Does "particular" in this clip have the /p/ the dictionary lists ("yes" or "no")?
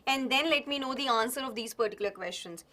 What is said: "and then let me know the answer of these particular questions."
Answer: yes